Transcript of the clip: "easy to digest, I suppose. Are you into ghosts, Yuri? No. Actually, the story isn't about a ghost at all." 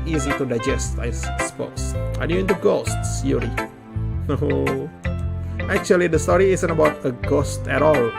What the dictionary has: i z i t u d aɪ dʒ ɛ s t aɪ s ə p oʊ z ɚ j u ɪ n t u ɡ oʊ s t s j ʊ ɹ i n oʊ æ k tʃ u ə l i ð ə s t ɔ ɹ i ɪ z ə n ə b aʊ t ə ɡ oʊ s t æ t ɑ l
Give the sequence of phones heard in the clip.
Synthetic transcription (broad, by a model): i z i t u d aɪ dʒ ɛ s t aɪ s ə p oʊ s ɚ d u ɪ n t u ɡ oʊ s t s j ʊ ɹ i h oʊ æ k tʃ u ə l i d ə s t ɔ ɹ i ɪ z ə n ə b aʊ t ə ɡ oʊ s t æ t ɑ l